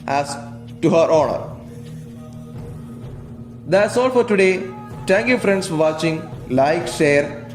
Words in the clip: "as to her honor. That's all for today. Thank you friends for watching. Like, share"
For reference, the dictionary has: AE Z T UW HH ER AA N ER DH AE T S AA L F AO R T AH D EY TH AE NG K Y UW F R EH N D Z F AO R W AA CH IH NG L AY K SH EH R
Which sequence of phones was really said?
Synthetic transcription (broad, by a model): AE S T UW HH ER AA N ER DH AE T S AA L F AO R T AH D EY T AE NG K Y UW F R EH N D S F AO R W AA CH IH NG L AY K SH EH R